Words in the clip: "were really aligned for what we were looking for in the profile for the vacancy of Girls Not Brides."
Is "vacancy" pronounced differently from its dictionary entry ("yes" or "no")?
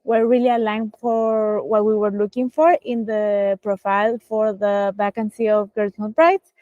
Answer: yes